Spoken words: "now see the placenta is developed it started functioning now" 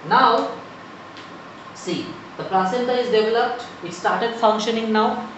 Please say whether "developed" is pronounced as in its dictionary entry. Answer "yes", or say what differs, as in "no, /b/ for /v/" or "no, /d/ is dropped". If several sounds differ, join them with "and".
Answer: yes